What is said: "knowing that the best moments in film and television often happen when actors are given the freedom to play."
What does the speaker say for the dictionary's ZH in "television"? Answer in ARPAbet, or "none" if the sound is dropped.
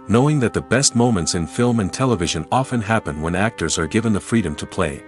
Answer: ZH